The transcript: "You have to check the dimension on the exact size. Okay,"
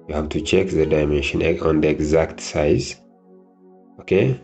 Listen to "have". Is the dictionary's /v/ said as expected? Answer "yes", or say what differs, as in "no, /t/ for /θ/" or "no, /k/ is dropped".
no, /b/ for /v/